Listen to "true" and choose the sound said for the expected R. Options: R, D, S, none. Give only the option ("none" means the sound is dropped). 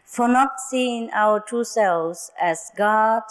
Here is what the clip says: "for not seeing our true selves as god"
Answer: none